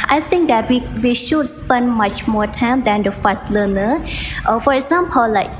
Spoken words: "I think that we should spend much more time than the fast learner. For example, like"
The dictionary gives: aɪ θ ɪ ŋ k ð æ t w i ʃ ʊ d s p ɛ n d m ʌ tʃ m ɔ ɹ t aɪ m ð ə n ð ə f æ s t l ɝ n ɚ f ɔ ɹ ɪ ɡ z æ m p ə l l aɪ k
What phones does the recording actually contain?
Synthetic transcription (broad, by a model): aɪ t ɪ ŋ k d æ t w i ʃ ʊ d s p ɛ n d m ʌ tʃ m ɔ ɹ t aɪ m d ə n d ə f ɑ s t l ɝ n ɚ f ɔ ɹ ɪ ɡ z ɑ m p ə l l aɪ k